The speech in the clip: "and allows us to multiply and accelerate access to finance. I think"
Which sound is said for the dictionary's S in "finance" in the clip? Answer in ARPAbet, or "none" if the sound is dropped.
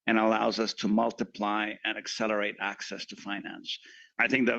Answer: S